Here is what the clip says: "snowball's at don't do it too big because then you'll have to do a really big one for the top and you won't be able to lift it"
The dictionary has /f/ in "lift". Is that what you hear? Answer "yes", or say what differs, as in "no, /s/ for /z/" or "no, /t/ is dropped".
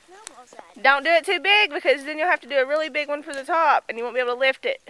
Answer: yes